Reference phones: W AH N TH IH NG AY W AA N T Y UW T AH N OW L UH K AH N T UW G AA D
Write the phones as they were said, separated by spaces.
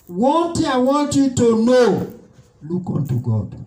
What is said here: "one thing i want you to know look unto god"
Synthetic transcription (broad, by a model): W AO N T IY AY W AA N T Y UW T AH N OW L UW K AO N T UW G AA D